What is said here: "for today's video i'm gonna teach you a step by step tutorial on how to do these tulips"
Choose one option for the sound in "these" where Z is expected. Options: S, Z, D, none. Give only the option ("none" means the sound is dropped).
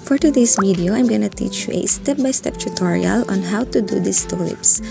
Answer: S